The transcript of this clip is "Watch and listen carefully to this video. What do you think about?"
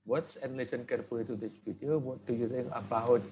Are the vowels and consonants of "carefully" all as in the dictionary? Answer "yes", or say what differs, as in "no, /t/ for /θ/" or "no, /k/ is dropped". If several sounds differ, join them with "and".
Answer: no, /p/ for /f/